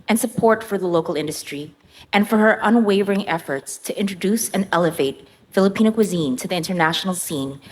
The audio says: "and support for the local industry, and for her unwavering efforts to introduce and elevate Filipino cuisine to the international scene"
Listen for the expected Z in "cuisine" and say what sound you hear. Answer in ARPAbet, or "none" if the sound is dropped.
Z